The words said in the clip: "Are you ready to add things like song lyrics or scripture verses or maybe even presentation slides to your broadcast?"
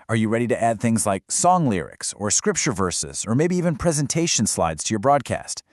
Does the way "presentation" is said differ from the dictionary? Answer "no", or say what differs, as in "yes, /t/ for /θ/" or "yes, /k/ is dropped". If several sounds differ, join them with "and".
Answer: no